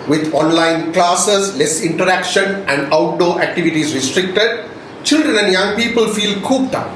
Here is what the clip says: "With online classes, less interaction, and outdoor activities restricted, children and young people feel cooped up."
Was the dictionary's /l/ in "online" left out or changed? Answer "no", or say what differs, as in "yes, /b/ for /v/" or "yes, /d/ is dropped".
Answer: no